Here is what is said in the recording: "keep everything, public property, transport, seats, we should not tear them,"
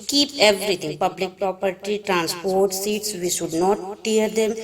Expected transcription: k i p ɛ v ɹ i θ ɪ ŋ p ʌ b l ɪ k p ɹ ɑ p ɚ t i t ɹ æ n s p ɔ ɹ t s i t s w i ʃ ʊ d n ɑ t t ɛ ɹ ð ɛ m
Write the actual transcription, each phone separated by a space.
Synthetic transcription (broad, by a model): k i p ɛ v ɹ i t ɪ ŋ p ʌ b l ɪ k p ɹ ɑ p ɚ t i t ɹ æ n s p ɔ ɹ t s i t s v i ʃ ʊ d n ɑ t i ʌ ɹ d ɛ m